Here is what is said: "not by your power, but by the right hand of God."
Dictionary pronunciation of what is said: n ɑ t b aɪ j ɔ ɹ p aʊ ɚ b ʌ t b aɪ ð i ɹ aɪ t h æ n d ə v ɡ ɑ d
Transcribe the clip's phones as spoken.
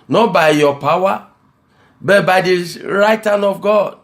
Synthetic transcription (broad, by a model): n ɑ b aɪ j ɔ p aʊ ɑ b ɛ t b aɪ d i ɹ aɪ t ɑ n ə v ɡ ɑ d